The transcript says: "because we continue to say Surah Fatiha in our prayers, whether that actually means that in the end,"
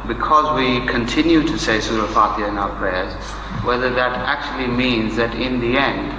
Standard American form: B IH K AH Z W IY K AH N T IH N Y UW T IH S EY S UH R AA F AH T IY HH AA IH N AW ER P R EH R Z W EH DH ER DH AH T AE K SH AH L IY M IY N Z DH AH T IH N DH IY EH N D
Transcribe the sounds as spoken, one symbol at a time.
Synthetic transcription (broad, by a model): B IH K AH Z W IY K AH N T IH N Y UW T IH S EY S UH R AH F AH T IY IH N AW ER P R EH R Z W EH DH ER DH AH T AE K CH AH L IY M IY N Z DH AH T IH N DH IY EH N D